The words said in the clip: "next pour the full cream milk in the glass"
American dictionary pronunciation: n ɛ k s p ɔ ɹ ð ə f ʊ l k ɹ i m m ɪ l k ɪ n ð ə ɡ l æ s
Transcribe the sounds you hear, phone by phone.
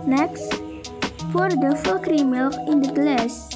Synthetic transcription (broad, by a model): n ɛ k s f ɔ ɹ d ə f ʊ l k ɹ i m m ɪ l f ɪ n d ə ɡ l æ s